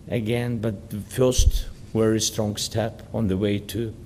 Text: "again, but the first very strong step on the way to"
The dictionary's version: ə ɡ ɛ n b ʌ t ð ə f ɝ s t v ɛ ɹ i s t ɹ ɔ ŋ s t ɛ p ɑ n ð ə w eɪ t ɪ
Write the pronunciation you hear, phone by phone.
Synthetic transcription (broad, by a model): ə ɡ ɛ n b ʌ t ð ə f ɝ s t w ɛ ɹ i s t ɹ ɔ ŋ s t ɛ p n ð ə w eɪ t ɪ